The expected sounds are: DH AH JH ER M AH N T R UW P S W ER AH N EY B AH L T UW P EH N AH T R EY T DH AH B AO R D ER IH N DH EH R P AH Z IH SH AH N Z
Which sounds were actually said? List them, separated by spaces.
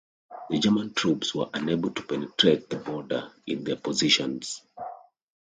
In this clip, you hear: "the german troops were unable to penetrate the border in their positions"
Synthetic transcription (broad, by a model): DH AH JH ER M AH N T R UW P S W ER AH N EY B AH L T UW P EH N AH T R EY T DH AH B AO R D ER IH N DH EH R P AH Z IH SH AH N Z